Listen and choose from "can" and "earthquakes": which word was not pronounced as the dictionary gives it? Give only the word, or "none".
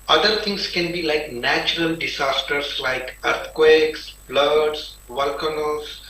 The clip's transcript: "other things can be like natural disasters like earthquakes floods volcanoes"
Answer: earthquakes